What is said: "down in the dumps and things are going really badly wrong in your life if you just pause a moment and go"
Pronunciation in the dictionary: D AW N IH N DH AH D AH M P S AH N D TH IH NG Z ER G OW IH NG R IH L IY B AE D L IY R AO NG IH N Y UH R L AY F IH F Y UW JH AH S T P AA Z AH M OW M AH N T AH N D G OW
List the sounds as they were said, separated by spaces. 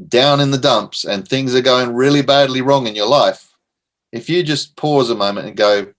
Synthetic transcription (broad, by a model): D AW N IH N DH AH D AH M P S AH N TH IH NG Z ER G OW IH NG R IH L IY B AE D L IY R AO NG IH N Y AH R L AY F IH F Y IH JH AH S P AA Z AH M OW M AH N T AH N G OW